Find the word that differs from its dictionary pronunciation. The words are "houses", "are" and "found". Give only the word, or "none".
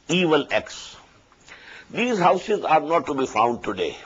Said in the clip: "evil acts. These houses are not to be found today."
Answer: none